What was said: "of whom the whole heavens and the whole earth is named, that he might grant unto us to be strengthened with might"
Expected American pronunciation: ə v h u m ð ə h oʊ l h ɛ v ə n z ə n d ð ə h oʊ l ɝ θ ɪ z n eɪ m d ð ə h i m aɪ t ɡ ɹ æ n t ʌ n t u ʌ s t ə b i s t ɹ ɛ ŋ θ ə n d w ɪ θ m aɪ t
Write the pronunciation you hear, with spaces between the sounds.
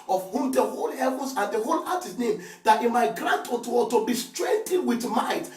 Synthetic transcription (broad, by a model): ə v h u m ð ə h oʊ l h ɛ v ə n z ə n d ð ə h oʊ l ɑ t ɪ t n eɪ m d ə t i m aɪ t ɡ ɹ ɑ n t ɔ t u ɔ t ə b i s t ɹ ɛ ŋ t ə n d w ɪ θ m aɪ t